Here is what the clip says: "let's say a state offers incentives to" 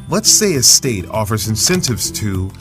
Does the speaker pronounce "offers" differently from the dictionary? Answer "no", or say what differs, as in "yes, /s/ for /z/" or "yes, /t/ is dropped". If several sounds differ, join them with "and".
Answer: no